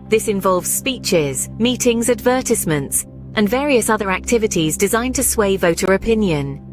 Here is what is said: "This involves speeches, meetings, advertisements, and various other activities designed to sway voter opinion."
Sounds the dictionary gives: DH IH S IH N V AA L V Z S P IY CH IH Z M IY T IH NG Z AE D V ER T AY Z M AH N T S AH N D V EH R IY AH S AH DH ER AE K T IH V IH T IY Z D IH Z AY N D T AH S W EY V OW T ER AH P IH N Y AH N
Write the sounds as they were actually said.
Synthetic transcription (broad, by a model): DH IH S IH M V AA L V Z S P IY CH IH Z M IY T IH NG Z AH D V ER T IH S M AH N T S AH N V EH R IY AH S AH DH ER AE K T IH V IH T IY Z D IH Z AY N T AH S W EY V OW T ER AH P IH N Y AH N